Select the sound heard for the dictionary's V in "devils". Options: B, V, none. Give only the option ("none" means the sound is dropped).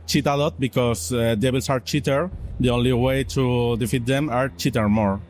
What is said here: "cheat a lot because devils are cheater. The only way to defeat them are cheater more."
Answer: B